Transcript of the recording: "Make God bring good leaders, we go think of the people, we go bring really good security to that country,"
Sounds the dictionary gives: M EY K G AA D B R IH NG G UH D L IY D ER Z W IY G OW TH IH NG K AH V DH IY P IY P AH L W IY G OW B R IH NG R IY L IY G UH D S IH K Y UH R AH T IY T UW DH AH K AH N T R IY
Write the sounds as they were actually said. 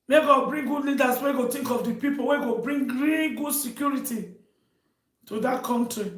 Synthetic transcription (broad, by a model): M EY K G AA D B R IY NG G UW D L IY D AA S W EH G OW T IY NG K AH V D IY P IY P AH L W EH G OW B R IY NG R IY L IY G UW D S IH K Y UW R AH T IY T UW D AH K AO N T R IY